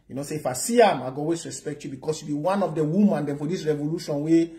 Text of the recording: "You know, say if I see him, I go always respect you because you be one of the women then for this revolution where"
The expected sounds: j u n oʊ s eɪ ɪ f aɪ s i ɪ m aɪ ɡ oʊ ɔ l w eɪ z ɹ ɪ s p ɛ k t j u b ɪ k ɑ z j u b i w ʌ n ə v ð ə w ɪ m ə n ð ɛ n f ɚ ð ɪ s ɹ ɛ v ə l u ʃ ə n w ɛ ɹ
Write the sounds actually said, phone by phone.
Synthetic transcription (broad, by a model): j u n oʊ s eɪ ɪ f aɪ s i ɪ m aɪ ɡ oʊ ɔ w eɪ s ɹ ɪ s p ɛ k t j u b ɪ k ɑ s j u b i w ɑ n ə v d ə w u m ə n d ɛ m f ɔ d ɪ s ɹ ɛ v ə l u ʃ ə n w ɛ